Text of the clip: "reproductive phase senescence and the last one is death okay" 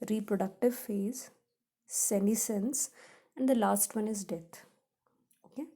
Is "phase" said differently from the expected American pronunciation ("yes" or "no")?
no